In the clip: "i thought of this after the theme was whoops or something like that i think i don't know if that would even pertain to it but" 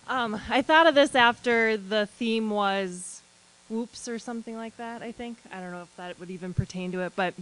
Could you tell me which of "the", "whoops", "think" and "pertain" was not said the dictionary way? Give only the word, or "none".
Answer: none